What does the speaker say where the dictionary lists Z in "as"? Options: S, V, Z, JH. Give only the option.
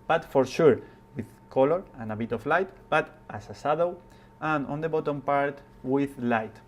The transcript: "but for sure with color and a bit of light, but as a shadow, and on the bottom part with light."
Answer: S